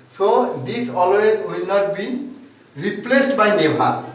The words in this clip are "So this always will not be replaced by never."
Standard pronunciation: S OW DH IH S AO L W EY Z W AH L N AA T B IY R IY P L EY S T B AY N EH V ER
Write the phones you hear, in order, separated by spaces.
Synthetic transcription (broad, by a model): S OW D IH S AO L W EY Z W AH L N AA T B IY R IY P L EY S T B AY N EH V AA